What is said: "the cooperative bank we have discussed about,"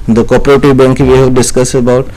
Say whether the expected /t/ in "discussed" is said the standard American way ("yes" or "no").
no